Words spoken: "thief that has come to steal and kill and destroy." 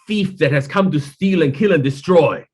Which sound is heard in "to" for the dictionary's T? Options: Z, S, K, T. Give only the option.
T